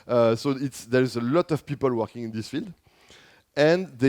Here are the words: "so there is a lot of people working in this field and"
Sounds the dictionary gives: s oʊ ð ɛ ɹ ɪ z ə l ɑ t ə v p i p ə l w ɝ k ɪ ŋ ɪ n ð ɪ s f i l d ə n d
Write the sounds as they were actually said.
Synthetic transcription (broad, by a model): s oʊ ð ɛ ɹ ɪ z ə l ɑ t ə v p i p ə l w ɝ k ɪ ŋ ɪ n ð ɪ s f i l d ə n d